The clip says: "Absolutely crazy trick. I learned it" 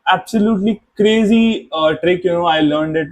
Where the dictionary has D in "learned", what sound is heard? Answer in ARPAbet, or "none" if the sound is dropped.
D